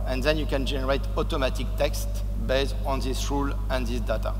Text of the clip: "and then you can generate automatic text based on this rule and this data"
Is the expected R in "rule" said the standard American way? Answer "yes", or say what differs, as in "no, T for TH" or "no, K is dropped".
yes